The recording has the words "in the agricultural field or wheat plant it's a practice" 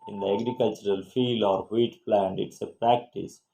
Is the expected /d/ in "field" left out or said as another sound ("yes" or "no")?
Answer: no